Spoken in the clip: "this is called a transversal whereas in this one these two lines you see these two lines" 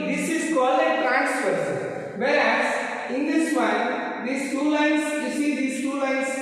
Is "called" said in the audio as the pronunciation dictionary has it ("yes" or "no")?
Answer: no